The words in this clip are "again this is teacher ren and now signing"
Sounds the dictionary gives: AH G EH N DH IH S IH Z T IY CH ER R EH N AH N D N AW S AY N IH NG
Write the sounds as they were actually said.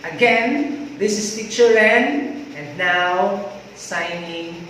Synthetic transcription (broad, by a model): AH G EH N DH IH S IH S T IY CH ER L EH N AH N D N AW S AY N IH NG